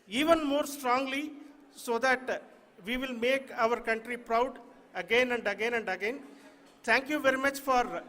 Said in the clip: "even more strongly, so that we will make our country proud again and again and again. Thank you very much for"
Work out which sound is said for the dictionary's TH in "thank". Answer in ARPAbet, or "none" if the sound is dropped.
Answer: T